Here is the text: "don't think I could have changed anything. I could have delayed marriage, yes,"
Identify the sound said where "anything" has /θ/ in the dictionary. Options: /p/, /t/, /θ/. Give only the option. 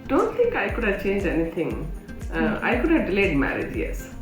/t/